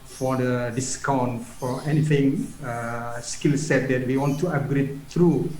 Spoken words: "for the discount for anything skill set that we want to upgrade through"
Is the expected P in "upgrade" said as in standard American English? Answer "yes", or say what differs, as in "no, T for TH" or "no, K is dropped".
no, P is dropped